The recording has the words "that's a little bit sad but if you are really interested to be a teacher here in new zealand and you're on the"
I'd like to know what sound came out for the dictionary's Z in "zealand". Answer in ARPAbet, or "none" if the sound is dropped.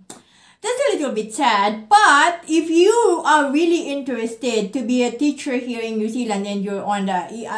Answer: S